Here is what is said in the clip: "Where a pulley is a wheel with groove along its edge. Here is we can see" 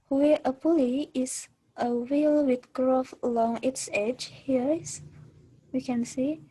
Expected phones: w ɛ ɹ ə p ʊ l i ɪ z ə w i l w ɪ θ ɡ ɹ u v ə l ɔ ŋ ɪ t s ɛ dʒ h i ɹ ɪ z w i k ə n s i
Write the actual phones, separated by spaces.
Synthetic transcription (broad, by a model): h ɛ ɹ ə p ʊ l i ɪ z ə w i l w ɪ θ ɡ ɹ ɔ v ə l ɔ ŋ ɪ t s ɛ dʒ h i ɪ s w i k ə n s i